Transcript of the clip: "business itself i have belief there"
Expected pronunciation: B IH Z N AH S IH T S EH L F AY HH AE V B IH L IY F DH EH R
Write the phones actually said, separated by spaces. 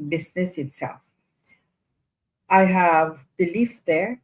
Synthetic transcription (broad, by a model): B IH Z N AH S IH T S EH L F AY HH AE V B IH L IY F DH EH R